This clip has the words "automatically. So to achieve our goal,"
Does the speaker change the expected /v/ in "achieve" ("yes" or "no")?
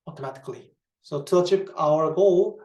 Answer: yes